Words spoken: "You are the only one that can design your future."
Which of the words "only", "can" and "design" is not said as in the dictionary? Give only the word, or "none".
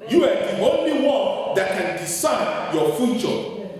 design